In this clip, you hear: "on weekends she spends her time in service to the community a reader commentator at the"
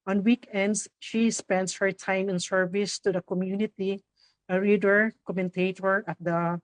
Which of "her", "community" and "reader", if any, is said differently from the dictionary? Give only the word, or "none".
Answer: none